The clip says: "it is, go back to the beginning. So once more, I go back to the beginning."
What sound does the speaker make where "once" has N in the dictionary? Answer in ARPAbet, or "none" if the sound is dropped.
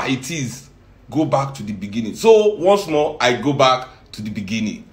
N